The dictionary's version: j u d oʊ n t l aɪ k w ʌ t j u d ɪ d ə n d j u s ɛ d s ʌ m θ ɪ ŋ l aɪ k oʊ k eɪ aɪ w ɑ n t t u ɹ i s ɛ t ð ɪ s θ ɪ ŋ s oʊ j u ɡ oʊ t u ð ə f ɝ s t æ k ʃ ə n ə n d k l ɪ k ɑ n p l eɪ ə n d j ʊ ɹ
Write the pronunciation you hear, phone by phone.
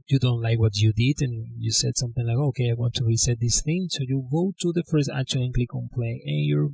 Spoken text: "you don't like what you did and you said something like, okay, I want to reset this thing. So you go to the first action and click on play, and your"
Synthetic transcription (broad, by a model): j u d oʊ n t l aɪ k w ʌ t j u d ɪ d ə n j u s ɛ d s ʌ m θ ɪ ŋ l aɪ k oʊ k eɪ aɪ w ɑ n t t u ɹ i s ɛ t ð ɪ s θ ɪ ŋ s oʊ j u ɡ oʊ t u ð ə f ɝ s t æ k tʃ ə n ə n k l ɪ k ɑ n p l eɪ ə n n j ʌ ɹ